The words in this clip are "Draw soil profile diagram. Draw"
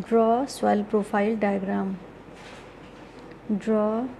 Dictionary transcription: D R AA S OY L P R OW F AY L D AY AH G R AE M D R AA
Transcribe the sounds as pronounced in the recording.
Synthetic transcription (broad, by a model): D R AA S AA L P R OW P AY L D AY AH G R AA M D R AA